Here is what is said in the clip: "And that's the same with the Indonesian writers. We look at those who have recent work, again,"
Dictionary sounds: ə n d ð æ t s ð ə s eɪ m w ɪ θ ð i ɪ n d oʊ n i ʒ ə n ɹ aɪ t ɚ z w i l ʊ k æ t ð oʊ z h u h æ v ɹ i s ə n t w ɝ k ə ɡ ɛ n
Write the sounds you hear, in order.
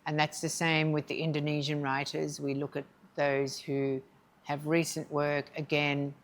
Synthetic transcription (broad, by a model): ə n ð æ t s ð ə s eɪ m w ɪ ð i ɪ n d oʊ n i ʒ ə n ɹ aɪ t ɚ z w i l ʊ k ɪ t ð oʊ z h u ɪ v ɹ i s ə n t w ɝ k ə ɡ ɛ n